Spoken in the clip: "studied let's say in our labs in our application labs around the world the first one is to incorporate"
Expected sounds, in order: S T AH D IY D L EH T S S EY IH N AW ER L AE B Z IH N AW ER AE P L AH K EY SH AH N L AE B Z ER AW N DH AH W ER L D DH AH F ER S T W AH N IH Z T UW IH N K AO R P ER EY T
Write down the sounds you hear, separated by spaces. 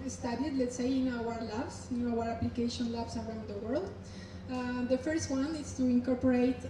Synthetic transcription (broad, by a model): S T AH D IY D L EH T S S EY IH N AW ER L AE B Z IH N AW ER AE P L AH K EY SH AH N L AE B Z ER AW N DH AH W ER L D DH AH F ER S T W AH N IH S T UW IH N K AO R P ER EY T